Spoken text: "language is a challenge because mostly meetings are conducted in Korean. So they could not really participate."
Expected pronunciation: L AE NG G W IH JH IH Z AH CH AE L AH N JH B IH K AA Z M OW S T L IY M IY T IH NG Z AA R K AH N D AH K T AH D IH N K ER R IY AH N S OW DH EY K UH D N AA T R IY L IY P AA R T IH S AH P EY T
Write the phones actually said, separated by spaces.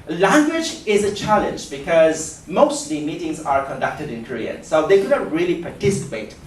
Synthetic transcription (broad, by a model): L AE NG G W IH JH IH Z AH CH AE L AH N JH B IH K AA Z M OW S T L IY M IY T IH NG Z AA R K AH N D AH K T AH D IH N K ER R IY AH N S OW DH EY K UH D N AA T R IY L IY P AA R T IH S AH P EY T